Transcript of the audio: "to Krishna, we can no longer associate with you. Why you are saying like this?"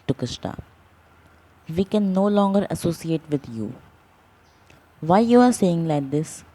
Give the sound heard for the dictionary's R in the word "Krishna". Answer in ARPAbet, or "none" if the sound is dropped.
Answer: none